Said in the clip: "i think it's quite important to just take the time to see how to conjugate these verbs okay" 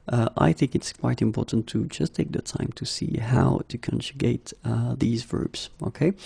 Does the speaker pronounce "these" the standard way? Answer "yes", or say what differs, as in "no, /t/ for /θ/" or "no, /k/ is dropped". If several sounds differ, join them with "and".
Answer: yes